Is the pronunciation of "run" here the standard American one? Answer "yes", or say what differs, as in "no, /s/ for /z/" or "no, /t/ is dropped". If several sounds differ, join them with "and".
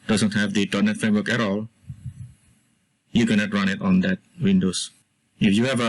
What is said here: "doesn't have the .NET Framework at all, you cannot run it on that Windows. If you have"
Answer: yes